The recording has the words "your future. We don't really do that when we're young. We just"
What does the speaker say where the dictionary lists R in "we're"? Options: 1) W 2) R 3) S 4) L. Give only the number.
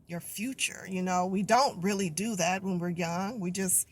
2